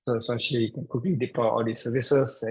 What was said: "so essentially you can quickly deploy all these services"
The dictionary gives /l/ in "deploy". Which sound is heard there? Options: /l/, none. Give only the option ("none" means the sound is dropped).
none